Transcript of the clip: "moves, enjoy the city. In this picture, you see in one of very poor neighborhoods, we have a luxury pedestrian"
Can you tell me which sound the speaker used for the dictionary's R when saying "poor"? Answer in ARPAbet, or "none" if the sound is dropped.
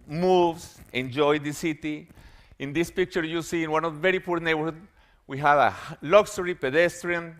R